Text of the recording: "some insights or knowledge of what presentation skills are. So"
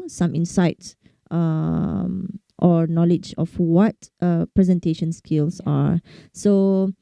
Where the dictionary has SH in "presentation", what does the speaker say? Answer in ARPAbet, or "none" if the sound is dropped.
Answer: SH